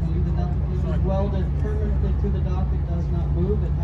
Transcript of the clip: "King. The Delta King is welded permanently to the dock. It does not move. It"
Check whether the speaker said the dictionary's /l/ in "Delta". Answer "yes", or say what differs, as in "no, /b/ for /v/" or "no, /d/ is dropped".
no, /l/ is dropped